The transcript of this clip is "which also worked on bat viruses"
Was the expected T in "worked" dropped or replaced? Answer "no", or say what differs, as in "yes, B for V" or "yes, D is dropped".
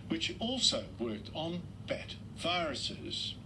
no